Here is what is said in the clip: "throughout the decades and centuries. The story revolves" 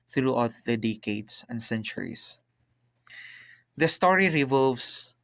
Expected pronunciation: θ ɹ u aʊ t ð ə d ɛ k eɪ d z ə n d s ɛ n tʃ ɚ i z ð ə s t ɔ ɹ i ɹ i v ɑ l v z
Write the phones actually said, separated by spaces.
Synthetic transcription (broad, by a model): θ ɹ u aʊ t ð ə d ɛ k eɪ d s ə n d s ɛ n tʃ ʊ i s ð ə s t ɔ ɹ i ɹ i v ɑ l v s